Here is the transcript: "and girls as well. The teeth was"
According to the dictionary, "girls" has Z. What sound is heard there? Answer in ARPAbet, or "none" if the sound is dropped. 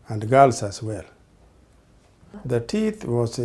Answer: S